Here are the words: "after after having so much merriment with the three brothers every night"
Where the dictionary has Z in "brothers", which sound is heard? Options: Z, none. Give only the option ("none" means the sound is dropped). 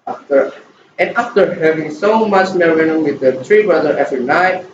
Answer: none